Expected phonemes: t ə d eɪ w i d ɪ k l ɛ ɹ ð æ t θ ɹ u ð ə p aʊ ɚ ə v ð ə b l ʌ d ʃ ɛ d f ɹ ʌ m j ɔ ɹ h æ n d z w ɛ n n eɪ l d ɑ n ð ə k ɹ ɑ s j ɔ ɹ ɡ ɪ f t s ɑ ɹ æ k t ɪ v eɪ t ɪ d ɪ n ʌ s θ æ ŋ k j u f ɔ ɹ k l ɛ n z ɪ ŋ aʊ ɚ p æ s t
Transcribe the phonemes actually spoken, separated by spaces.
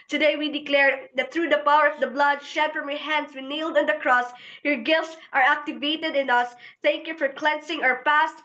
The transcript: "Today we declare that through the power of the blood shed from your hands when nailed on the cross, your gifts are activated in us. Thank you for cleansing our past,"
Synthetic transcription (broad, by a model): t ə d eɪ w i d ɪ k l ɛ ɹ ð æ t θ ɹ u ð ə p aʊ ɚ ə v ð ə b l ʌ d ʃ ɛ d f ɹ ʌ m j ɔ ɹ h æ n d s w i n n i l d ɑ n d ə k ɹ ɑ s j ɔ ɹ ɡ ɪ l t s ɑ ɹ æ k t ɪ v eɪ t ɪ d ɪ n ʌ s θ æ ŋ k j u f ɔ ɹ k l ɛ n s ɪ ŋ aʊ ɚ p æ s t